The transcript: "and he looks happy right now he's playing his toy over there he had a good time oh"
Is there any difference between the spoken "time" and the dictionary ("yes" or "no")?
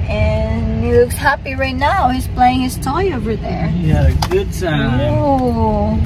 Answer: yes